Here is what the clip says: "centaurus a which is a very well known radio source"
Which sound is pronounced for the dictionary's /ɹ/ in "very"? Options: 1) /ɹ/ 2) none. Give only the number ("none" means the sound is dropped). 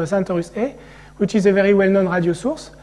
1